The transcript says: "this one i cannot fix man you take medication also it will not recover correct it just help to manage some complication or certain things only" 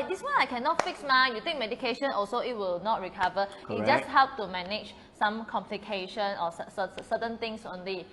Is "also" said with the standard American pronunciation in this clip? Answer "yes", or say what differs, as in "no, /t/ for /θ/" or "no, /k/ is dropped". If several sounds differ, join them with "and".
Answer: yes